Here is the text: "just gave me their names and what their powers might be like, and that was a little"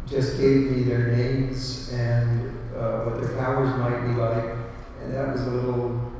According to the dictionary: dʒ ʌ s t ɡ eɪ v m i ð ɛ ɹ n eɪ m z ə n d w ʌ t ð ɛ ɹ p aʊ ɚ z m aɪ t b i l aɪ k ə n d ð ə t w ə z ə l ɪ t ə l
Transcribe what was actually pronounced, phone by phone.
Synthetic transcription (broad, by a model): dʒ ʌ s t ɡ eɪ v m i ð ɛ ɹ n eɪ m z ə n w ʌ t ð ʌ ɹ p aʊ ɚ z m aɪ t b i l aɪ k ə n ð ə t w ə z ə l ɪ t l